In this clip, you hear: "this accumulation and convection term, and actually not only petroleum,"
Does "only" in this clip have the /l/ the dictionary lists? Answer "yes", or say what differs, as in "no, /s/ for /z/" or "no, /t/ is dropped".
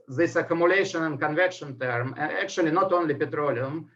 yes